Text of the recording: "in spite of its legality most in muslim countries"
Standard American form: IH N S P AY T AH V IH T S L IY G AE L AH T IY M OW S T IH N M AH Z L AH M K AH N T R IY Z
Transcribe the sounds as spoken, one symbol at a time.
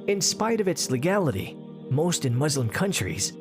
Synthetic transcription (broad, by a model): IH N S P AY T AH V IH T S L IY G AE L AH T IY M OW S T IH N M AH Z L AH M K AH N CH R IY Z